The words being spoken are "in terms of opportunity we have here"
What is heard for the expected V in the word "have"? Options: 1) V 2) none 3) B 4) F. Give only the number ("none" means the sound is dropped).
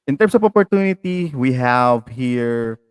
1